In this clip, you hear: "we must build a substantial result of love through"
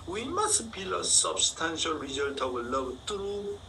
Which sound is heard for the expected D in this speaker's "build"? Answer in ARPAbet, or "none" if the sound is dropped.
none